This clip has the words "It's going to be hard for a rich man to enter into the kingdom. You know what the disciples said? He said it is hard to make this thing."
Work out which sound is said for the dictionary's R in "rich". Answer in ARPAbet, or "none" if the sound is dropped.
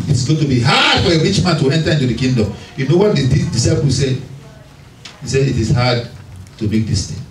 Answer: W